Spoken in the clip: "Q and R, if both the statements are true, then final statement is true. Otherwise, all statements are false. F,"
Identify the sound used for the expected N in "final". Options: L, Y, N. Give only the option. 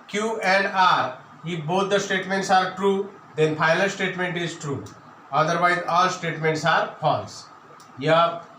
L